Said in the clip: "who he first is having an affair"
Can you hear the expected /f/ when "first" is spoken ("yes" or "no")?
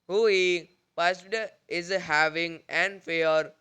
no